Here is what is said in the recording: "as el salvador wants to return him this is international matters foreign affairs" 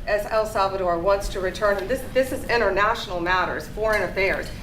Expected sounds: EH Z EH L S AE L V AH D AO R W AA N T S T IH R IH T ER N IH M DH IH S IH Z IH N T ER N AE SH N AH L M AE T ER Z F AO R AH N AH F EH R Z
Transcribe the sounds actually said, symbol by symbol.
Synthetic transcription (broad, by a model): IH Z EH L S AE L V AH D AO R W AA N T S T IH R IH T ER N IH M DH IH S IH S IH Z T ER N AE SH N L M AE T ER Z F AO R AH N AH F EH R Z